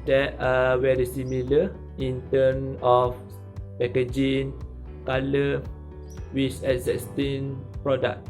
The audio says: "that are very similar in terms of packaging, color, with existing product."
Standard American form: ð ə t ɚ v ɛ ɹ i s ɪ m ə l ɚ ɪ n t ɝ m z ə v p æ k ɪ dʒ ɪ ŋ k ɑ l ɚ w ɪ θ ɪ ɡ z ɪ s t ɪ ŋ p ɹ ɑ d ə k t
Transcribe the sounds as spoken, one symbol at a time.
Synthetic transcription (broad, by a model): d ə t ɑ w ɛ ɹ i s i m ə l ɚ ɪ n t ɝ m ə f p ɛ k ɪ dʒ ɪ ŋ k ɑ l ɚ w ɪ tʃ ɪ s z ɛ s t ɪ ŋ p ɹ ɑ d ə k